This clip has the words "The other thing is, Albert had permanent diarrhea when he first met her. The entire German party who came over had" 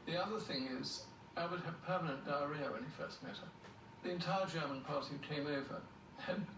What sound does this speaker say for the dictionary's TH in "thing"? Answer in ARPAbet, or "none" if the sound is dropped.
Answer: TH